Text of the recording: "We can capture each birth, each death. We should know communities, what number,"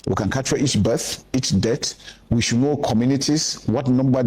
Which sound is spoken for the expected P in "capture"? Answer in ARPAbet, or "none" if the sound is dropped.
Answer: none